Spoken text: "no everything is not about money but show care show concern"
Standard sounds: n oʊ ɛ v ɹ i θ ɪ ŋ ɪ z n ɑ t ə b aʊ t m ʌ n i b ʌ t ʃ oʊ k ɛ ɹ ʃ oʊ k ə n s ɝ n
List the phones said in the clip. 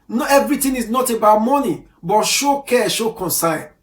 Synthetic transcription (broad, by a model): n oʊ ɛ v ɹ i t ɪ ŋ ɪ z n ɑ t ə b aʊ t m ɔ n i b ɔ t ʃ oʊ k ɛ ʃ oʊ k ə n s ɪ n